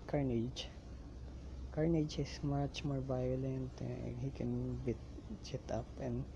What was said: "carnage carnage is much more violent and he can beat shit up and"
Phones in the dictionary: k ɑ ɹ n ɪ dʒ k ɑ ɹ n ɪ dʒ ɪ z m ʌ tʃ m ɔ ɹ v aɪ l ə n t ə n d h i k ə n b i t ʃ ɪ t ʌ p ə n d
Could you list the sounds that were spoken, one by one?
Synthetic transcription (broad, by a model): k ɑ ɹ n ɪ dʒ k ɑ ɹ n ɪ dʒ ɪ s m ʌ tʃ m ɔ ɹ b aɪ l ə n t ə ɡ h i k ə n b i t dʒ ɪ t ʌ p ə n